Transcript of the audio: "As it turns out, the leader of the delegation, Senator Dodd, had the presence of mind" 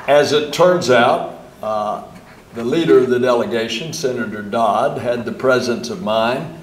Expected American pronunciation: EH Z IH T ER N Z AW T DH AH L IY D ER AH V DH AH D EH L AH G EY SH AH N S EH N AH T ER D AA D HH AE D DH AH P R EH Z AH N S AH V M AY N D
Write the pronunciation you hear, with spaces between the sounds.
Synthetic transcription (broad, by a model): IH Z IH T ER N Z AW T DH AH L IY D ER AH V DH AH D EH L AH G EY SH AH N S EH N AH T ER D AA D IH D DH AH P R EH Z AH N S AH V M AY N